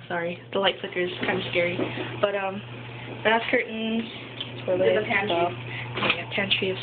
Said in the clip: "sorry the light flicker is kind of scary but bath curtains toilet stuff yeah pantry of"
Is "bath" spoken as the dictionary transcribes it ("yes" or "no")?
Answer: no